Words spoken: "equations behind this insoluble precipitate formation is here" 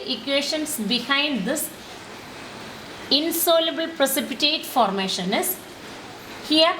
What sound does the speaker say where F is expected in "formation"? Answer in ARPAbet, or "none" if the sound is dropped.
F